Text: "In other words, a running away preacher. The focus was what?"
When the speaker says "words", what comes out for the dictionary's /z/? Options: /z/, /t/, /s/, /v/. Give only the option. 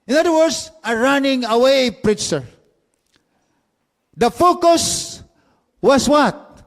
/s/